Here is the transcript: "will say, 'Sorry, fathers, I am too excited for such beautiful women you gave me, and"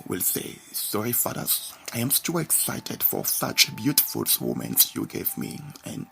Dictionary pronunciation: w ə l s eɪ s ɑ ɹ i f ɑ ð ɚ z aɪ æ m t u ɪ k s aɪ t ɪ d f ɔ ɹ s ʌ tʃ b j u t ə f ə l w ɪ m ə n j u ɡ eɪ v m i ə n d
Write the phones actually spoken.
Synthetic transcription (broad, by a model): w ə l s eɪ s ɑ ɹ i f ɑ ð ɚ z aɪ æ m t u ɪ k s aɪ t ɪ d f ɔ ɹ s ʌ tʃ b j u t ə f ə l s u m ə n j u ɡ eɪ v m i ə n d